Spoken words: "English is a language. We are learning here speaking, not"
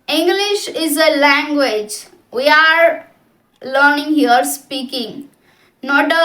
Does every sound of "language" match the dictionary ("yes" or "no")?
yes